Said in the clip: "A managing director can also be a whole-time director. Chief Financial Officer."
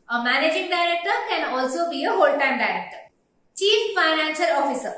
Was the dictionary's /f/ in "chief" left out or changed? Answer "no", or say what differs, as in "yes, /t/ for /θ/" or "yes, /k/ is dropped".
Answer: no